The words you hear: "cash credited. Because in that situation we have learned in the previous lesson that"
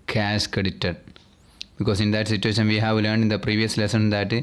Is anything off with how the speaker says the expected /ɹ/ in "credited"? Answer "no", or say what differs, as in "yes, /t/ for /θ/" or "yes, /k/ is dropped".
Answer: yes, /ɹ/ is dropped